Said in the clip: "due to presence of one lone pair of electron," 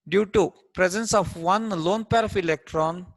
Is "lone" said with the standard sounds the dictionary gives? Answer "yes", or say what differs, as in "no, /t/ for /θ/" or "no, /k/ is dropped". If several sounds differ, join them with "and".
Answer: yes